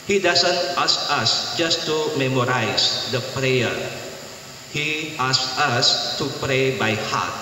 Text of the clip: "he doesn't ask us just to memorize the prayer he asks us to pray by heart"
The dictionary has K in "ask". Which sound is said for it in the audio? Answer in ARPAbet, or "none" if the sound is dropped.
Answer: none